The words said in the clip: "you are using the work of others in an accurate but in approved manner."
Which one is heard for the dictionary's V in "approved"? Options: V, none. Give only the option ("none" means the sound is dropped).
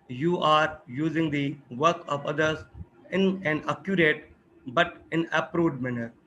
none